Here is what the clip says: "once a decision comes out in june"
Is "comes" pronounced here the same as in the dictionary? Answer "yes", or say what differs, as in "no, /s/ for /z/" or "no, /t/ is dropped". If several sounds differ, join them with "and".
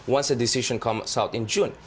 no, /s/ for /z/